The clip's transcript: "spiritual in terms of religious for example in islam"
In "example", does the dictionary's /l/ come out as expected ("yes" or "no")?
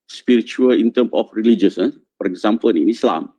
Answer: no